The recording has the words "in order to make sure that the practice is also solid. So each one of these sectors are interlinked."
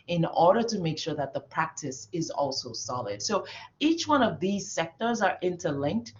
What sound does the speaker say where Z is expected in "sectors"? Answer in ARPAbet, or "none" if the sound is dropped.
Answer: Z